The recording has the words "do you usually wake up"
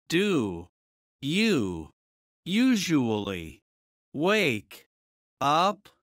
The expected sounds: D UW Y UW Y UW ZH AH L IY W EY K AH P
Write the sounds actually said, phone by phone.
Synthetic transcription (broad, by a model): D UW Y UW Y UW ZH AH L IY W EY K AH P